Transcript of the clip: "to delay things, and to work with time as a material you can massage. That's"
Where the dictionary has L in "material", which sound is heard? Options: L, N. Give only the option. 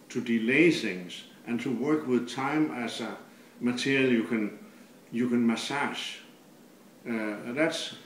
N